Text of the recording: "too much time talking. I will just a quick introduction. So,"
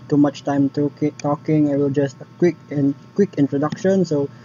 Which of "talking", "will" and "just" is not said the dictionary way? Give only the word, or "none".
none